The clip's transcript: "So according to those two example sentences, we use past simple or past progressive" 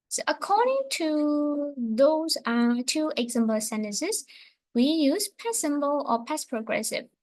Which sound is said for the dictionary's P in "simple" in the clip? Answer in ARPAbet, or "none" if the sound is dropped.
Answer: B